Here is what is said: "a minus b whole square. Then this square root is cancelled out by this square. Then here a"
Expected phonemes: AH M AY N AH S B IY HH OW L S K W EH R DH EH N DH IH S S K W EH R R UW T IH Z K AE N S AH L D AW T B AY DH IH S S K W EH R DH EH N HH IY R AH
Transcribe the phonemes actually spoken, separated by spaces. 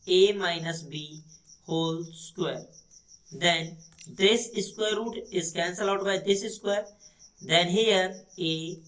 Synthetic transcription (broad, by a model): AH M AY N AH S B IY HH OW L S K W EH R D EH N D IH S S K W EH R R UW T IH Z K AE N S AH L AW T B AY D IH S S K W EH R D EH N HH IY R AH